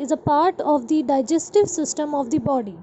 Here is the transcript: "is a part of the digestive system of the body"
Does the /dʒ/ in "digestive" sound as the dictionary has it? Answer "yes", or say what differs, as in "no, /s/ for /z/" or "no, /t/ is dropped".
yes